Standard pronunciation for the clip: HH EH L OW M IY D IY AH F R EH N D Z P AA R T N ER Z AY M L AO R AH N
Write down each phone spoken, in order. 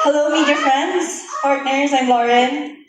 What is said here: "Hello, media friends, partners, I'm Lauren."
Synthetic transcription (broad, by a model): HH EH L OW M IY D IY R F R EH N D Z P AA R T N ER Z AY M L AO R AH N